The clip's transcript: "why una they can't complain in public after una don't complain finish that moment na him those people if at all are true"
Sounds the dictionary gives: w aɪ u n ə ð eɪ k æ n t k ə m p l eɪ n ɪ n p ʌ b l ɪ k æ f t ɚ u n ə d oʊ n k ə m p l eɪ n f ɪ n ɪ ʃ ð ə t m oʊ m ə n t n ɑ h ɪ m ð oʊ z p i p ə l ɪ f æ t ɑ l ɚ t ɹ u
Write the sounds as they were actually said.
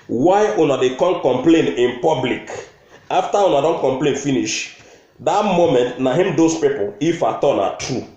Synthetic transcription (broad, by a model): w aɪ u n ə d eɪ k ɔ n k ə m p l eɪ n ɪ n p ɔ b l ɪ k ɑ f t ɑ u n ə d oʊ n k ə m p l eɪ n f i n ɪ ʃ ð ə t m oʊ m ə n t n ɑ h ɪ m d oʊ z p i p ə l ɪ f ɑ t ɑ n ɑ t ɹ u